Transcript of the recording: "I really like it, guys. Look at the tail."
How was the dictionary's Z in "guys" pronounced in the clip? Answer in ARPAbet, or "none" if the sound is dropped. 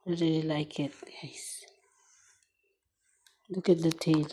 S